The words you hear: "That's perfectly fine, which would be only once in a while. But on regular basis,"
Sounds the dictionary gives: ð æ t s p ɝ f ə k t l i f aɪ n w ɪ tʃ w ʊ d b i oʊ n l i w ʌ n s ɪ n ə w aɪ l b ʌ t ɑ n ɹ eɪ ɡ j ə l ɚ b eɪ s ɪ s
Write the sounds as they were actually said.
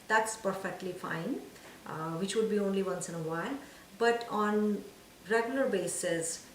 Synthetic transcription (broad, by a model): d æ t s p ɝ f ə k t l i f aɪ n w ɪ tʃ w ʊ d b i oʊ n l i w ʌ n s ɪ n ə w aɪ l b ʌ t ɑ n ɹ eɪ ɡ j ə l ɚ b eɪ s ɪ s